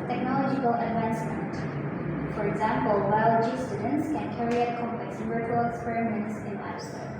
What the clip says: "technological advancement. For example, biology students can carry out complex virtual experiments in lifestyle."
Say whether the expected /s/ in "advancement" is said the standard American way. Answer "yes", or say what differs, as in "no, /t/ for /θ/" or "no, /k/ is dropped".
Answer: yes